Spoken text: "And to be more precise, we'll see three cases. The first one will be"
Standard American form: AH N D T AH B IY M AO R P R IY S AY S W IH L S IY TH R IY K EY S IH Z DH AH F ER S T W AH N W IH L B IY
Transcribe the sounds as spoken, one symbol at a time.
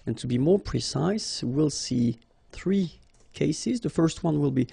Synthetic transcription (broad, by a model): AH N T AH B IY M AO R P R IY S AY S W IH L S IY TH R IY K EY S IH Z DH AH F ER S T W AH N W IH L B IY